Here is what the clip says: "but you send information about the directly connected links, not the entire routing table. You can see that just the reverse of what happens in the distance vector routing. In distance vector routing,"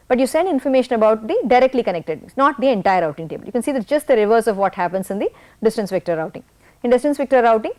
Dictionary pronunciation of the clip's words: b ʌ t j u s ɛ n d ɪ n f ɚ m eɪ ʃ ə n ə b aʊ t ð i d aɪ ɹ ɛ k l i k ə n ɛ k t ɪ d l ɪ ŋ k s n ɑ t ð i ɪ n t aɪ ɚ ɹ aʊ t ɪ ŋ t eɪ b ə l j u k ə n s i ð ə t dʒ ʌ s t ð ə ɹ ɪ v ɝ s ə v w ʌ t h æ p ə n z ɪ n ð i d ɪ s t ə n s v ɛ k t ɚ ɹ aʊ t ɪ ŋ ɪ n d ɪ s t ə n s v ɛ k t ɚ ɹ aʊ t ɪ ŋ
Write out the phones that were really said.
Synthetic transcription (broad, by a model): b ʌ t j u s ɛ n d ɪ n f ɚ m eɪ ʃ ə n ə b aʊ t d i d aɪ ɹ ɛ k l i k ə n ɛ k t ɪ d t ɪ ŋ s n ɑ t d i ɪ n t aɪ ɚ ɹ aʊ t ɪ ŋ t eɪ b ə l j u k ə n s i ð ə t dʒ ʌ s t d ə ɹ ɪ v ɝ s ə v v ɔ t h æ p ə n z ɪ n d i d ɪ s t ə n s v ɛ k t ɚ ɹ aʊ t ɪ ŋ ɪ n d ɪ s t ə n s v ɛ k t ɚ ɹ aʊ t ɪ ŋ